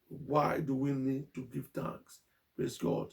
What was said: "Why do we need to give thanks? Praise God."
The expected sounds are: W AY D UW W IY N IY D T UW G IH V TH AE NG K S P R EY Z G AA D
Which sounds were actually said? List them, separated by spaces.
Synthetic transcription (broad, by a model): W AY D UW W IY N IY D T UW G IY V T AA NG K S P R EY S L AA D